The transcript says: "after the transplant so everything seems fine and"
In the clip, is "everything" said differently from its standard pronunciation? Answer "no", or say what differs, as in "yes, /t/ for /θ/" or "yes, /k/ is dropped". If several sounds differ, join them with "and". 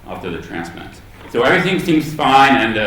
no